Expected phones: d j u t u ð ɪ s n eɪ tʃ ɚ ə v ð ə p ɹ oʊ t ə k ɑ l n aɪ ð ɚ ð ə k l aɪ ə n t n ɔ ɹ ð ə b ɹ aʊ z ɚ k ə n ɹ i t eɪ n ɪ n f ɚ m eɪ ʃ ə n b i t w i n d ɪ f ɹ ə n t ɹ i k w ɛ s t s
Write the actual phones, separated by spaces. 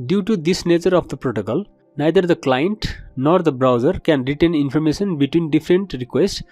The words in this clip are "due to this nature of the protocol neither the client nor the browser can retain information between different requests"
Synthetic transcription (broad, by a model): d j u t u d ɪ s n eɪ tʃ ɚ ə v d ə p ɹ oʊ t ə k ɑ l n aɪ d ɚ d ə k l aɪ ə n t n ɔ ɹ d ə b ɹ aʊ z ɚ k ə n ɹ i t eɪ n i n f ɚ m eɪ s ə n b i t w i n d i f ɹ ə n t ɹ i k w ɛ s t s